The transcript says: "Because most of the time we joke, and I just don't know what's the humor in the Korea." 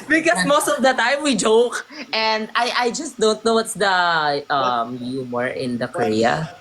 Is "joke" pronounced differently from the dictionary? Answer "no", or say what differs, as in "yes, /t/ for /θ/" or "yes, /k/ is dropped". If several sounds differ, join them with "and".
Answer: no